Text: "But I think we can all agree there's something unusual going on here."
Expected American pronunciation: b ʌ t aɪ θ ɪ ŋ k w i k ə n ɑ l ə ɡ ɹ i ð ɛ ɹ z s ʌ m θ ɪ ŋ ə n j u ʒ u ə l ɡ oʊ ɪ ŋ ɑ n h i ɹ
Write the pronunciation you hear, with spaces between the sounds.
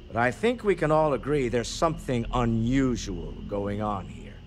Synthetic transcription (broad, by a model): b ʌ t aɪ θ ɪ ŋ k w i k ə n ɑ l ə ɡ ɹ i ð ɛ ɹ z s ʌ m θ ɪ ŋ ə n j u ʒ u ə l ɡ oʊ ɪ ŋ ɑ n h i ɹ